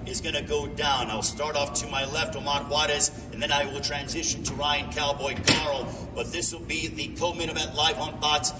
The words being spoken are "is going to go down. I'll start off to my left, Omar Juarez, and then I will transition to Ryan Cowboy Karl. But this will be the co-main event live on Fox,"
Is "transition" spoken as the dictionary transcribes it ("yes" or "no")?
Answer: yes